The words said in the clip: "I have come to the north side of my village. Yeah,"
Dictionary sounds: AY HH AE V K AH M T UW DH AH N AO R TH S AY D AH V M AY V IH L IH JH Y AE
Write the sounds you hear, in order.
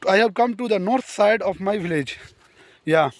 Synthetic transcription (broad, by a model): AY HH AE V K AH M T UW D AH N AO R T S AY D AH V M AY V IH L IH JH Y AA